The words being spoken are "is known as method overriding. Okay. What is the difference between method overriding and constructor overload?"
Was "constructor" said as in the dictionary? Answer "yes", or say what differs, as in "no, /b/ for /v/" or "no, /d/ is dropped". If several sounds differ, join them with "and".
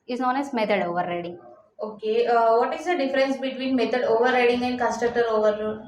no, /n/ is dropped and /ɹ/ is dropped and /k/ is dropped